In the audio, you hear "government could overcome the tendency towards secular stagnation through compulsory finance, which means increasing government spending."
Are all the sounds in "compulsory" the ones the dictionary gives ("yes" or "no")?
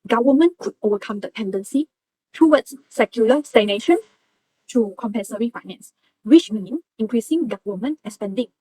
no